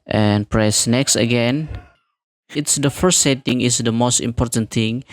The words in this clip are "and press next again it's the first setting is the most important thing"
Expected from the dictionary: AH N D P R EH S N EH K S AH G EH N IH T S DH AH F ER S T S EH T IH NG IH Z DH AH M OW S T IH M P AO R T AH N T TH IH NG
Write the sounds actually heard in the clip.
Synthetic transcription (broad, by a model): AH N P R EH S N EH K S AH G EH N IH T S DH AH F ER S T S EH T IH NG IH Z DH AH M OW S T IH M P AO R T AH N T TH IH NG